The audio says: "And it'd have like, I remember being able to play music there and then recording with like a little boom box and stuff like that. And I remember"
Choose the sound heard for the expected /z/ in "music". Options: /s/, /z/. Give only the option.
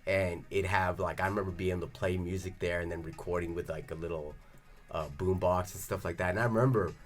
/z/